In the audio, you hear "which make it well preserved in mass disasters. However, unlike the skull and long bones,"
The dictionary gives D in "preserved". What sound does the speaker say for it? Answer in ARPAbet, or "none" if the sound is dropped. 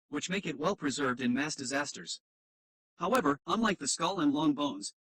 D